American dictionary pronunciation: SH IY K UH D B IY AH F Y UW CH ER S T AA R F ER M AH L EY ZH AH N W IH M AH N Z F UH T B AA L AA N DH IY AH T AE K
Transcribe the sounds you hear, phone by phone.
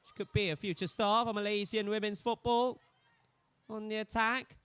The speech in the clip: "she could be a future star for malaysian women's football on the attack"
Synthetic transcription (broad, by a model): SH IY K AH D B IY AH F Y UW CH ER S T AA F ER M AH L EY Z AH N W IH M AH N Z F UH T B AA L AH N DH IY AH T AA K